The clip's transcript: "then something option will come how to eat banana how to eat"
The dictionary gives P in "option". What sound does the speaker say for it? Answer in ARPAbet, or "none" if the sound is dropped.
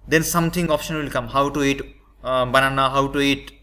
P